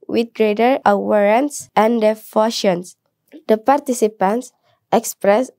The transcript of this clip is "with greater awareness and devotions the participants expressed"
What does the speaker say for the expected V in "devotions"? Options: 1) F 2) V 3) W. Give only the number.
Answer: 1